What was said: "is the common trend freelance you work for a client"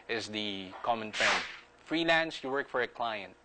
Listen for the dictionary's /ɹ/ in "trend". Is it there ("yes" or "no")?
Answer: no